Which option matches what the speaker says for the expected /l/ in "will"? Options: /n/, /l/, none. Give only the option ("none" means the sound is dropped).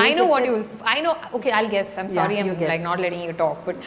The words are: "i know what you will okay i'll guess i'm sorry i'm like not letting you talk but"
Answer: /n/